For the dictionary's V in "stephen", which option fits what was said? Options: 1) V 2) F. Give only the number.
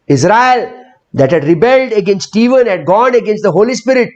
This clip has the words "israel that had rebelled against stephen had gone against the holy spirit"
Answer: 1